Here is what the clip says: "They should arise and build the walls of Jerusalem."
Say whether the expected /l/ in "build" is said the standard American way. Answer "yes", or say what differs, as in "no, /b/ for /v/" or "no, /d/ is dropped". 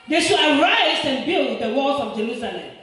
yes